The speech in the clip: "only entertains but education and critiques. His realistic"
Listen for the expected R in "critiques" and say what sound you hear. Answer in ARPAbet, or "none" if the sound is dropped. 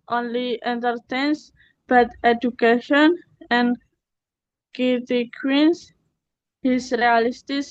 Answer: none